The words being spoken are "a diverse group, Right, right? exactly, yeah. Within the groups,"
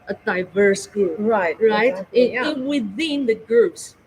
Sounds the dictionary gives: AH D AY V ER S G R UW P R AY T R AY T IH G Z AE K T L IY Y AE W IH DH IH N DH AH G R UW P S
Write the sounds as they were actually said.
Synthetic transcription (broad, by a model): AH D AY V ER S G R UW P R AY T R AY IH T IY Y W IH DH IH N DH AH G R UW P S